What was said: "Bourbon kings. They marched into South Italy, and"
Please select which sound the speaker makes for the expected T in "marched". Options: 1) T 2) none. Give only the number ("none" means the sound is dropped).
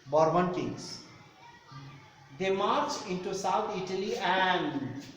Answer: 2